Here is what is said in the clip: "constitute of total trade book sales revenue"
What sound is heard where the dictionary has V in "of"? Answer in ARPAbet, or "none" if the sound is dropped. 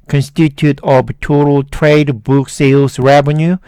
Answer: B